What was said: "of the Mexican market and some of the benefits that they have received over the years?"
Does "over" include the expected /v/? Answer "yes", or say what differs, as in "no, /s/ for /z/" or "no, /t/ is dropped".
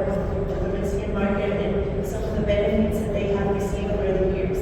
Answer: no, /v/ is dropped